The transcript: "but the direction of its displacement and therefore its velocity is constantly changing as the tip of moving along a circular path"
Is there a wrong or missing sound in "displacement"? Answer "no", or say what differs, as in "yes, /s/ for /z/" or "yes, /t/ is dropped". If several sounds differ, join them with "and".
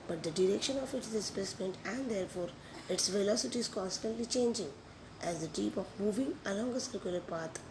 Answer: yes, /l/ is dropped